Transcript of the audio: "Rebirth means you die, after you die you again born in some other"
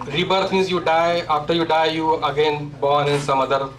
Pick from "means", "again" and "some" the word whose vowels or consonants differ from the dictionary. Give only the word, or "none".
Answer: means